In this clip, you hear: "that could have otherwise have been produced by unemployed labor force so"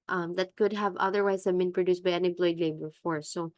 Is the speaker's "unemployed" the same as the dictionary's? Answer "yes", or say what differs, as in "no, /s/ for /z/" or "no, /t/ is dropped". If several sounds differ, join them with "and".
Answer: no, /m/ is dropped